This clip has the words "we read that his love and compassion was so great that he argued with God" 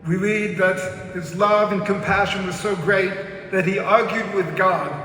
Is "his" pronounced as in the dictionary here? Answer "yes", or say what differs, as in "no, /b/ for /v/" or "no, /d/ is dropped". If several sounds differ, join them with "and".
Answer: yes